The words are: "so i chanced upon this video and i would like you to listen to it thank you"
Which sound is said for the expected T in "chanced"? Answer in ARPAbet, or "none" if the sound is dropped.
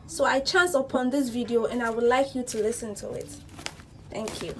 none